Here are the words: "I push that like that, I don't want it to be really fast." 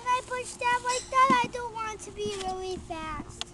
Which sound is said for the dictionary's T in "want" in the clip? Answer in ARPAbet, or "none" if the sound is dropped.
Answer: T